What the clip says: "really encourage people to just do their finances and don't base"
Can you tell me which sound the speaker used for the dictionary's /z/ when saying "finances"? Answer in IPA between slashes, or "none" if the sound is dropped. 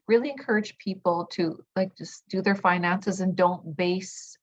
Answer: /z/